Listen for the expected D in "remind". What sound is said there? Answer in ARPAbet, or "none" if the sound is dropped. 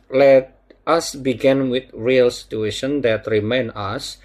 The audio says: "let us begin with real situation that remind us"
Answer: none